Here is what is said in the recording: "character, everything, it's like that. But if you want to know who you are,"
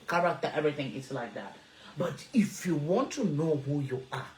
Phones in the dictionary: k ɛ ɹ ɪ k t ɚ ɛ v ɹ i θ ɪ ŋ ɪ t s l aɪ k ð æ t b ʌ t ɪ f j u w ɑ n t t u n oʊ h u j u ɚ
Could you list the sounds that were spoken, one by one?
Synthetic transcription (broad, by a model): k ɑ ɹ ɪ k t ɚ ɛ v ɹ i θ ɪ ŋ ɪ t s l aɪ k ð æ t b ʌ t ɪ f j u w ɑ n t t u n oʊ h u j u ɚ